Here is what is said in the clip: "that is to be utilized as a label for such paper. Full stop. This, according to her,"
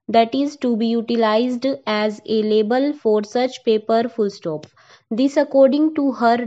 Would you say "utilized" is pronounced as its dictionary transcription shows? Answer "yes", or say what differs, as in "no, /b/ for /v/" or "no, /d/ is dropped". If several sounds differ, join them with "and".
yes